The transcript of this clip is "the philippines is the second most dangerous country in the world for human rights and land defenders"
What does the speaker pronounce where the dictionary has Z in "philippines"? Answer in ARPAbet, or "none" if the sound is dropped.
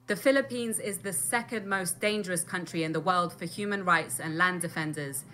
Z